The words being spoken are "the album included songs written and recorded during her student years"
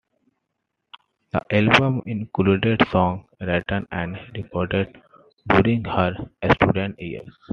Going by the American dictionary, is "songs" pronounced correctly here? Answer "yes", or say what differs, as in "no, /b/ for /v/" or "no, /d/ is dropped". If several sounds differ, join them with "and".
no, /z/ is dropped